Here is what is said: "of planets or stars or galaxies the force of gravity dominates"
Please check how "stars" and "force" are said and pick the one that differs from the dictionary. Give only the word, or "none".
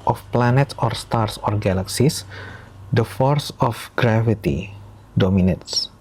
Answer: stars